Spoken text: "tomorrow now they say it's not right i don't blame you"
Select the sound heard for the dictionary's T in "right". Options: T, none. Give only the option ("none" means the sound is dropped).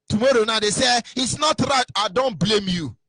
T